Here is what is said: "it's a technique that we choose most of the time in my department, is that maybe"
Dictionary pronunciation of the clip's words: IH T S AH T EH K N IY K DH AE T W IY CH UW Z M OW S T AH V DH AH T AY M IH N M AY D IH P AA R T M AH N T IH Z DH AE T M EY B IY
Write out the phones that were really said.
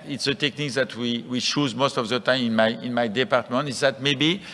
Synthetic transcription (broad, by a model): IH T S AH T EH K N IY K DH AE T W IY CH UW Z M OW S T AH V DH AH T AY M IH N M AY D IH P AA R T M AH N T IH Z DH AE T M EY B IY